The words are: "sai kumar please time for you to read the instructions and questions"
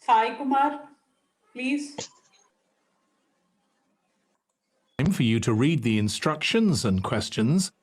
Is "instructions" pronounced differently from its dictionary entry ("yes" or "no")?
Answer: no